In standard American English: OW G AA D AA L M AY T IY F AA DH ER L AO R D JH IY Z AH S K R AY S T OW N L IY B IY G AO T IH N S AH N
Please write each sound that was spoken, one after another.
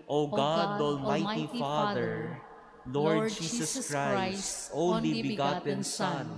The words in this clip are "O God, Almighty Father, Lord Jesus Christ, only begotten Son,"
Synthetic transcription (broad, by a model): OW G AA D AA L M AY T IY F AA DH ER L AO R D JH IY S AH S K R AY S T OW N L IY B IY G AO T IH N S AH N